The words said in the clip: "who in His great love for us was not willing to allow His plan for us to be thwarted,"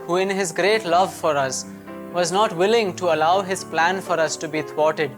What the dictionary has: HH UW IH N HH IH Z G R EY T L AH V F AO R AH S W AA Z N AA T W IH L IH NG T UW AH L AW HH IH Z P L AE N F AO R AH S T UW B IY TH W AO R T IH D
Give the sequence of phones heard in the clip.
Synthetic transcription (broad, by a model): HH UW IH N HH IH Z G R EY T L AH V F AO R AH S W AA Z N AA T W IH L IH NG T UW AH L AW HH IH Z P L AE N F AO R AH S T UW B IY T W AO T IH D